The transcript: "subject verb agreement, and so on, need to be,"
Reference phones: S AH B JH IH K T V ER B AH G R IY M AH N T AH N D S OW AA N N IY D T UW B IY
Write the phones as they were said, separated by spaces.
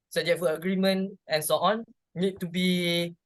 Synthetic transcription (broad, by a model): S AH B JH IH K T F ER AH G R IY M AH N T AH N S OW AA N N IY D T UW B IY